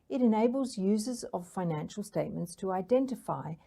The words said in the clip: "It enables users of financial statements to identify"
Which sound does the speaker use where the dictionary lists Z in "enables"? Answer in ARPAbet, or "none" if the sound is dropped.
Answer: Z